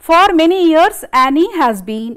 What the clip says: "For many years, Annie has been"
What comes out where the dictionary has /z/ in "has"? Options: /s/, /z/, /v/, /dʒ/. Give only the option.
/z/